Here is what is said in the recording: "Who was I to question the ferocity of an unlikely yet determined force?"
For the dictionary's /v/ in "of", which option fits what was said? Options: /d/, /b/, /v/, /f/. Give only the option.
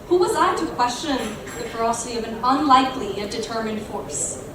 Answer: /v/